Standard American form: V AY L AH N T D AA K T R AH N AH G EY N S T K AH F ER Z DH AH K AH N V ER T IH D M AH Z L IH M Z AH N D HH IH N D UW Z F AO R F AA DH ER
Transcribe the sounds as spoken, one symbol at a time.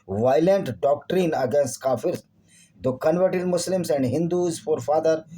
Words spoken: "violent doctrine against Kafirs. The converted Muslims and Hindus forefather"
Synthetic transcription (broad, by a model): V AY L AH N T D AA K T R AH N AH G EY N S T K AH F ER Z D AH K AH N V ER T IH D M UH S L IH M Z AH N D HH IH N D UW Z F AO R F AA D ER